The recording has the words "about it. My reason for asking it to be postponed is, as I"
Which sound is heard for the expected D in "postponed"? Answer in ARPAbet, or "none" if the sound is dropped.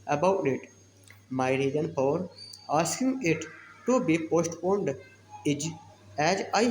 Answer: D